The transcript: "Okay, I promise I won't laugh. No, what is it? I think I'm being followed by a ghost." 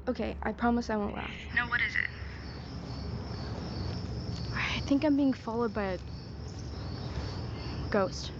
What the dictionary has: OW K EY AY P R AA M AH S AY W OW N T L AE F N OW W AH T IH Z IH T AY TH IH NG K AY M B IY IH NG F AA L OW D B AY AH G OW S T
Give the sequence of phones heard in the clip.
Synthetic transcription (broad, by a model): OW K EY AY P R AA M AH S AY W OW N T L AE F N OW W AH T IH Z IH T AY TH IH NG K AY M B IY IH NG F AA L OW D B AY AH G OW S T